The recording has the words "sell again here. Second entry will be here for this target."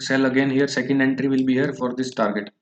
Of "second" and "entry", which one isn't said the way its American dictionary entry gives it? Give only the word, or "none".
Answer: none